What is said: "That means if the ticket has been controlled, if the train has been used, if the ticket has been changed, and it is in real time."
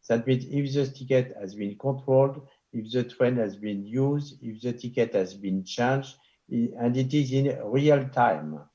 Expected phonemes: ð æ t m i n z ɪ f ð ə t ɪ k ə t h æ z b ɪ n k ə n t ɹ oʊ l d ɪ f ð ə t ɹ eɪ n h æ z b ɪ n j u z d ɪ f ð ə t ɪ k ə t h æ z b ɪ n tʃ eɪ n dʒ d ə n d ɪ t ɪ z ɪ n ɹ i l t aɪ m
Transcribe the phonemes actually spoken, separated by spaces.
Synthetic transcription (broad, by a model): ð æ t m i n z ɪ f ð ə t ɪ k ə t h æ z b ɪ n k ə t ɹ oʊ l d ɪ f ð ə t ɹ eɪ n h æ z b ɪ n j u z d ɪ f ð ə t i k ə t h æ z b ɪ n tʃ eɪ n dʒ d ə n d ɪ t ɪ z ɪ n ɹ i l t aɪ m